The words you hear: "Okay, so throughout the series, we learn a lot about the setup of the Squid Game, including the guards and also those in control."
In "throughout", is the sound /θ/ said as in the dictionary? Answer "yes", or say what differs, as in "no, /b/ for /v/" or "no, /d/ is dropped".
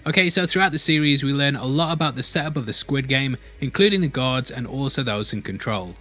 yes